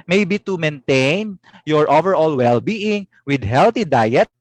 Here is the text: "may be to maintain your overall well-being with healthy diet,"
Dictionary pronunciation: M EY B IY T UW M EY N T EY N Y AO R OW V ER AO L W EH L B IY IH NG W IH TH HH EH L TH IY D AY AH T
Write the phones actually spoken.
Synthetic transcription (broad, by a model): M EY B IY T UW M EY N T EY N Y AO R OW V ER AO L W EH L B IY IH NG W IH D HH EH L T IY D AY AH T